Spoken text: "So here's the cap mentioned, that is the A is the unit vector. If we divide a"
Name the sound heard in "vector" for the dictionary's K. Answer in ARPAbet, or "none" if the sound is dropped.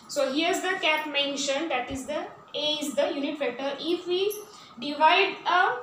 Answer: none